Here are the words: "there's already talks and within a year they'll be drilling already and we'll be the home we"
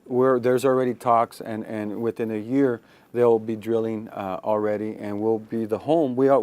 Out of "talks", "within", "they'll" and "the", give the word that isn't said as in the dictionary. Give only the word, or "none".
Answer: none